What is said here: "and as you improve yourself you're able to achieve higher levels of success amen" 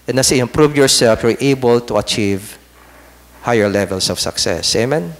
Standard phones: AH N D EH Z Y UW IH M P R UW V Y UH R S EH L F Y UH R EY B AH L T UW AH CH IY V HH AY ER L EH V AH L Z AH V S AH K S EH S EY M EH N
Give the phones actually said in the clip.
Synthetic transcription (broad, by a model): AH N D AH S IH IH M P R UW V Y UH R S EH L F Y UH R EY B AH L T UW AH CH IY V HH AY ER L EH V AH L S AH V S AH K S EH S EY M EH N